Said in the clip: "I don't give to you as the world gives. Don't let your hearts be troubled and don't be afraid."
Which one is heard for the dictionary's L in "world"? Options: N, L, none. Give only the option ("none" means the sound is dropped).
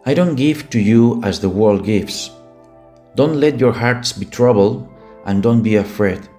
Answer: L